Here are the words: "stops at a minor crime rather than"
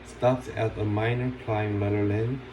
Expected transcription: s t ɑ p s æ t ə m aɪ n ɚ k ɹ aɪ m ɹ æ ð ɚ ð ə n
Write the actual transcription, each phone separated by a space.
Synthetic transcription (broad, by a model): s t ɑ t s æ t ə m aɪ n ɚ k l aɪ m l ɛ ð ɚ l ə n